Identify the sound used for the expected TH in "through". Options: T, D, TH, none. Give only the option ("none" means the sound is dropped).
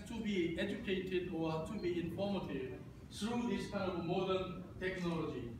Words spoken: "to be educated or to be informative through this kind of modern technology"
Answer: T